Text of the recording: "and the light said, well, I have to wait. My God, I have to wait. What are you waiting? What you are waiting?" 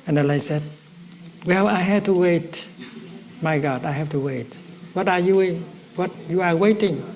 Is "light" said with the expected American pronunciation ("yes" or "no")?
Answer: no